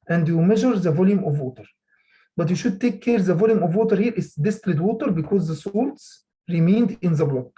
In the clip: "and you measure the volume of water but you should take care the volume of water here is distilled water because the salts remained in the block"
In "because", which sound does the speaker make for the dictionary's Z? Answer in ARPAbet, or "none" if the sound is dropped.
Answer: Z